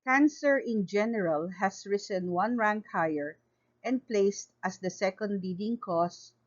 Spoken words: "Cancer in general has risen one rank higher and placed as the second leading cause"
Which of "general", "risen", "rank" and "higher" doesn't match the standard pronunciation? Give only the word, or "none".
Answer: risen